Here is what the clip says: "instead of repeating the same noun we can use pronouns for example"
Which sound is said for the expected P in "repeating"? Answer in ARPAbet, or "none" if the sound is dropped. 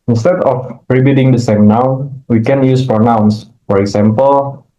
B